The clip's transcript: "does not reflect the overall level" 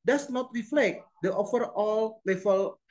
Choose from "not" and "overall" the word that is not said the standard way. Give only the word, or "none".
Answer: overall